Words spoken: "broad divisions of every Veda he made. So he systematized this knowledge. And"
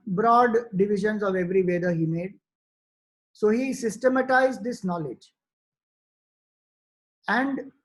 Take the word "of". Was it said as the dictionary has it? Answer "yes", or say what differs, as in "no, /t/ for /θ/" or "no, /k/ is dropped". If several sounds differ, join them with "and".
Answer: yes